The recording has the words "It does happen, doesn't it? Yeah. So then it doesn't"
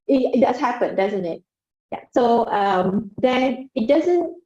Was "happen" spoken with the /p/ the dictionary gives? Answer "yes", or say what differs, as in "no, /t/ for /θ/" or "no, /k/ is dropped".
yes